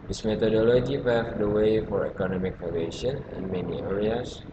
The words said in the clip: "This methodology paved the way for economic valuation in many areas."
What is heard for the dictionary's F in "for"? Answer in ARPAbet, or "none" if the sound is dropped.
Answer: F